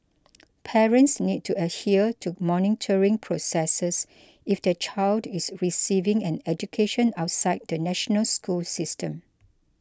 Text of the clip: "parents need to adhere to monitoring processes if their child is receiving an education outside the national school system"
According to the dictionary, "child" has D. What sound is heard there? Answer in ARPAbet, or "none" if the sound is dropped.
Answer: D